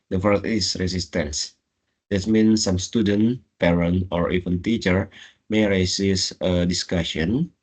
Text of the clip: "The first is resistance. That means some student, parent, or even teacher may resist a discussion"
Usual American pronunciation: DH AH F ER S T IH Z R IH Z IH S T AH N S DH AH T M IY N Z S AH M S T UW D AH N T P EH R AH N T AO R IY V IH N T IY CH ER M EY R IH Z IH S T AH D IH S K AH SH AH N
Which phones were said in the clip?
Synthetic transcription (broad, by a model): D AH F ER T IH S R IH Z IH S T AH N S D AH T M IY N S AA M S T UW D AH N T P EH R AH N T AO R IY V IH N T IY CH ER M EY R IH S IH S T AH D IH S K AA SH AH N